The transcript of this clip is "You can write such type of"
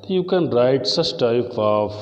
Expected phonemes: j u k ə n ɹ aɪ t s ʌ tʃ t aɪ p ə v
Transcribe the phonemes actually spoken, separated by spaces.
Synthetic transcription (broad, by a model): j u k ə n ɹ aɪ t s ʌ s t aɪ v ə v